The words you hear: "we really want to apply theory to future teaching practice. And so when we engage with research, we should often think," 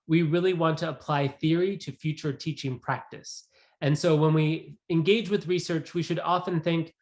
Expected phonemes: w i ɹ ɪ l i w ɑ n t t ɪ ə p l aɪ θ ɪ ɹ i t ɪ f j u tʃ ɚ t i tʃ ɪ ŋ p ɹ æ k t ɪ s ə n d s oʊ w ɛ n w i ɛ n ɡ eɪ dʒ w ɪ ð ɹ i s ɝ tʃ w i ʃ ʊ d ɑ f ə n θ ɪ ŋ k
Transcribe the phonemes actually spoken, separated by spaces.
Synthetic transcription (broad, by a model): w i ɹ ɪ l i w ɑ n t t ɪ ə p l aɪ θ ɪ ɹ i t ɪ f j u tʃ ɚ t i tʃ ɪ ŋ p ɹ æ k t ɪ s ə n s oʊ w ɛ n w i ɛ n ɡ eɪ dʒ w ɪ ð ɹ i s ɝ tʃ w i ʃ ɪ d ɑ f ə n θ ɪ ŋ k